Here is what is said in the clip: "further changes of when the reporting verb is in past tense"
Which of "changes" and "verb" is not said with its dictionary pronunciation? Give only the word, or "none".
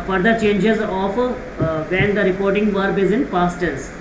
none